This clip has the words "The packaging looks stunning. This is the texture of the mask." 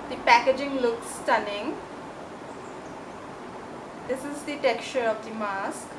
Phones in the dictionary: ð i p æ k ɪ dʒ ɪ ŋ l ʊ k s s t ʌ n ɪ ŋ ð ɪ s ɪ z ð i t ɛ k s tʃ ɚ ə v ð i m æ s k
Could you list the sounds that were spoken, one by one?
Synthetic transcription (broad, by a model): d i p æ k ɪ dʒ ɪ ŋ l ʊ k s s t ʌ n ɪ ŋ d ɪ s ɪ z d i t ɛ k tʃ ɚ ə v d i m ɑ s k